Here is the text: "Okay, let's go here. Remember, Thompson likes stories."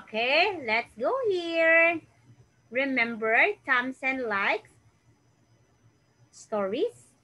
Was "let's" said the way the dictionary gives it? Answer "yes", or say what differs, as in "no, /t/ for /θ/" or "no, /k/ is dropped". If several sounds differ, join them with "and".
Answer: yes